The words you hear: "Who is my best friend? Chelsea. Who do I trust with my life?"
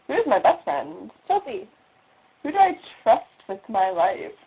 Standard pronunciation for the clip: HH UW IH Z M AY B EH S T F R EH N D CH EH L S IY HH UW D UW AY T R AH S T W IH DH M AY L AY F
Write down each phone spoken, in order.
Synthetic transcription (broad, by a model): HH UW IH Z M AY B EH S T F R EH N D S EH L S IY HH UW D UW AY T R AH S T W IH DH M AY L AY F